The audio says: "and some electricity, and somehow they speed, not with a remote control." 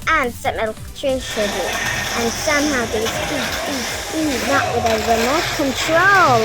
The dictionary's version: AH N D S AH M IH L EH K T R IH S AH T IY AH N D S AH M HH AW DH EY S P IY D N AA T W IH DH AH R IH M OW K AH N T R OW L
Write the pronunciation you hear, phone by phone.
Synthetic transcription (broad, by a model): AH N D S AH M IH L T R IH SH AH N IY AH N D S AH M HH AW DH EY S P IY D N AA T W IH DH AH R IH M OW K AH N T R OW L